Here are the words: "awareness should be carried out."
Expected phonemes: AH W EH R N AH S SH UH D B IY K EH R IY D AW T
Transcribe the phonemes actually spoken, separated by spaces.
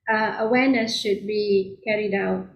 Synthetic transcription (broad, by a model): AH W EH N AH S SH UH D B IY K EH R IY D AW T